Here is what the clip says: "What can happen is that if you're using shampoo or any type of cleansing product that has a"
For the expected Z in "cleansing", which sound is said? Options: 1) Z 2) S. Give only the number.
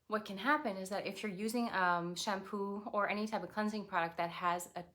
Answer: 1